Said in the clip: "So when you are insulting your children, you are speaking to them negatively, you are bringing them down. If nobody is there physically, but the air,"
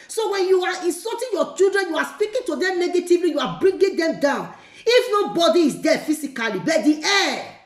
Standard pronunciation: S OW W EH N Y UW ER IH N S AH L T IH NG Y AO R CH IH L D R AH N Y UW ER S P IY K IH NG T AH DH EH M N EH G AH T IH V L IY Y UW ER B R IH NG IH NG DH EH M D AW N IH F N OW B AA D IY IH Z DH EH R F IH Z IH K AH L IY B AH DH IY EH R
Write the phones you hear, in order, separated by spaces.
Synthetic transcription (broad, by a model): S OW W EH N Y UW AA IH N S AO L T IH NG Y AO CH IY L D R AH N Y UW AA S P IY K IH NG T AH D EH M N EH G AH T IH V L IY Y UW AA B R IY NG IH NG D EH M D AW N IH F N OW B AA D IY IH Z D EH F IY S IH K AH L IY B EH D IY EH